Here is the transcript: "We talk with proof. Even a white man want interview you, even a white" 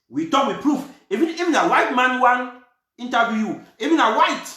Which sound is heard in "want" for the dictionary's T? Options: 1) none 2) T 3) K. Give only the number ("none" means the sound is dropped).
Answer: 1